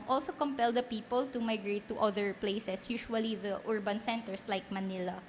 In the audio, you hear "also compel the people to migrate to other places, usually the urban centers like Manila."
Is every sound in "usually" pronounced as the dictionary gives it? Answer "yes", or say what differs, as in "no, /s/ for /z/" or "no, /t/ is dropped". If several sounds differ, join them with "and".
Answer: no, /ʃ/ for /ʒ/